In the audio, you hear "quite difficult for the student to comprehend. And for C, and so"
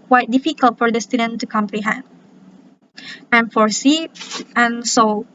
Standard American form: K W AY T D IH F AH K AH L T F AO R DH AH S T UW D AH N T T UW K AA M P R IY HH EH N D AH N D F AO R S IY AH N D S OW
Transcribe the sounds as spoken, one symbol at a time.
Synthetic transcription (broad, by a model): K W AY T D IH F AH K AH L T F AO R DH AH S T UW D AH N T T UW K AA M P R IY HH EH N D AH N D F AO R S IY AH N S OW